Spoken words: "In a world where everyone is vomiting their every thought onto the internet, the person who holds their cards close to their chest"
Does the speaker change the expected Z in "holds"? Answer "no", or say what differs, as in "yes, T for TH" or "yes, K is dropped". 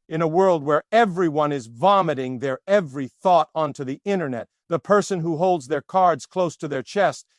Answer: no